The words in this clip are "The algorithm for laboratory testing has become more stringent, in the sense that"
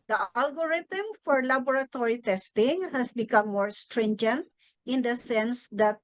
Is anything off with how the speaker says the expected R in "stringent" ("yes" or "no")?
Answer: no